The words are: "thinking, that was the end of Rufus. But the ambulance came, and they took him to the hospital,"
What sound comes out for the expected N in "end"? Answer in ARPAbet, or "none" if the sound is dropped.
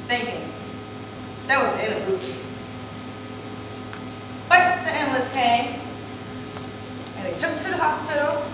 none